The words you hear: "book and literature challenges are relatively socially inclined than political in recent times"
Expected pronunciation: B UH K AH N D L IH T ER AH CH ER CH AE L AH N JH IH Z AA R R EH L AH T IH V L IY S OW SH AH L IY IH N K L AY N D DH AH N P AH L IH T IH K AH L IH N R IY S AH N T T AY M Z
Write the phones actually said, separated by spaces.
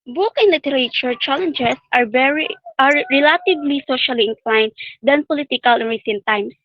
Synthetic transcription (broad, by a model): B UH K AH N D L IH T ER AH CH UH CH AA L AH N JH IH S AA R R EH L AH T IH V L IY S OW SH AH L IY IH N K L AY N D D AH N P AH L IH T IH K AH L IH N R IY S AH N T T AY M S